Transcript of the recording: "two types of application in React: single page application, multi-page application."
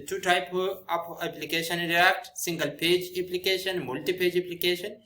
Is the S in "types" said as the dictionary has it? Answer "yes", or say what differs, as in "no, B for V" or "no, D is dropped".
no, S is dropped